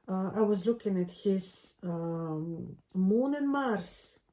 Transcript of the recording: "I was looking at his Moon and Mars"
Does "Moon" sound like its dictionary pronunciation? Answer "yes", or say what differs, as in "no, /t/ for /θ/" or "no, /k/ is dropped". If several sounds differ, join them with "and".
yes